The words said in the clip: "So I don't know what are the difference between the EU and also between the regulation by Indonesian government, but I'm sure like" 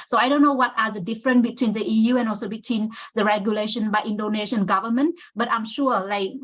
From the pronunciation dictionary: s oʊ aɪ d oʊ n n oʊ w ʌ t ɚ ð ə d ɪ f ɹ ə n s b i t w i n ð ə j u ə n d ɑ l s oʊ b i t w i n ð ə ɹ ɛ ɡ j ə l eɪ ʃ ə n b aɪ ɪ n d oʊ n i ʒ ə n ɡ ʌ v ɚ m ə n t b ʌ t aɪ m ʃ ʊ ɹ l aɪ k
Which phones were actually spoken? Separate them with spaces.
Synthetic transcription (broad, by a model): s oʊ aɪ d oʊ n n oʊ w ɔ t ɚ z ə d ɪ f ɹ ə n s b i t w i n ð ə j u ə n ɑ l s oʊ b i t w i n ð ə ɹ ɛ ɡ j ə l eɪ ʃ ə n b aɪ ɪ n d oʊ n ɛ ʃ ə n ɡ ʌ v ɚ m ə n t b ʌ t aɪ m ʃ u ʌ l aɪ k